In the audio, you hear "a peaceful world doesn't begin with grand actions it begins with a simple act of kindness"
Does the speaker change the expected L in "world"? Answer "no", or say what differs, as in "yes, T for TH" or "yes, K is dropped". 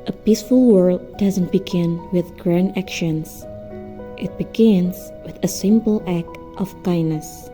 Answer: no